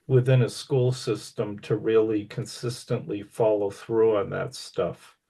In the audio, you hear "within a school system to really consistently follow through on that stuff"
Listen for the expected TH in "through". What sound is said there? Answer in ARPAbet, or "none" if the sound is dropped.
TH